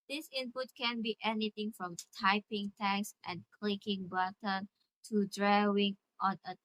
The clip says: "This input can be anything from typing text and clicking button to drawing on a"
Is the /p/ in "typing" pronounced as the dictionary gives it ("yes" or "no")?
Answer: yes